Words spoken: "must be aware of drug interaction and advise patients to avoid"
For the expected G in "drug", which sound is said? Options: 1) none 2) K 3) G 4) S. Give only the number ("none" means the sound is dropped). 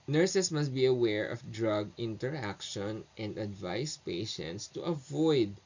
3